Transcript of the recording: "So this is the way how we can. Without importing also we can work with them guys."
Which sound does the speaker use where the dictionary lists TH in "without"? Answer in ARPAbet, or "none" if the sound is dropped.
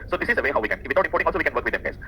T